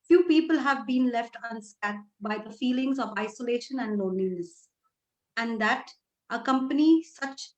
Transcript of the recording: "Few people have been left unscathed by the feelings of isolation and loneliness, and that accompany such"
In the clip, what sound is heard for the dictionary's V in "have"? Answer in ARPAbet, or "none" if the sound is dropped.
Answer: V